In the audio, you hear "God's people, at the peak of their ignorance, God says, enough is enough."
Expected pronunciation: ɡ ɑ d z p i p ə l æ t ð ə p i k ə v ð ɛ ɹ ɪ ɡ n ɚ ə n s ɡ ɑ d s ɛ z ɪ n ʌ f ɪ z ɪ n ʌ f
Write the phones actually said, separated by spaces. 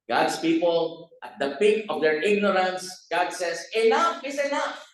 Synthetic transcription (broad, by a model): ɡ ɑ d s p i p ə l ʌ t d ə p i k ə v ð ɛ ɹ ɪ ɡ n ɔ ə n s ɡ ɑ d s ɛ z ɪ l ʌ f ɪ s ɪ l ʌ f